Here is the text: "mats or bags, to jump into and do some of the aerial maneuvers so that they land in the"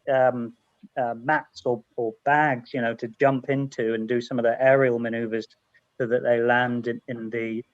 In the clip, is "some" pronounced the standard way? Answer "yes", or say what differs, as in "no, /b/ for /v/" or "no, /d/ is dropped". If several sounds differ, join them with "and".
yes